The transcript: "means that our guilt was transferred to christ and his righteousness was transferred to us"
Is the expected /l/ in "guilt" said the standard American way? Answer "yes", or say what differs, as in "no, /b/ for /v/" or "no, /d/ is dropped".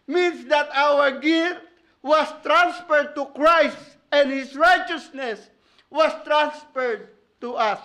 no, /l/ is dropped